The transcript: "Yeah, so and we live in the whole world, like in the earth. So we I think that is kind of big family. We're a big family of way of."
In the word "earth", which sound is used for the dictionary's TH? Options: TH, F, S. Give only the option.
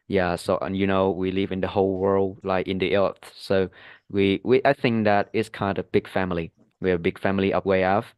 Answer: TH